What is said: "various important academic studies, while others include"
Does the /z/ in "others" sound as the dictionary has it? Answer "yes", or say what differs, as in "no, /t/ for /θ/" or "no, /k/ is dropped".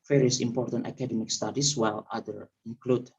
no, /z/ is dropped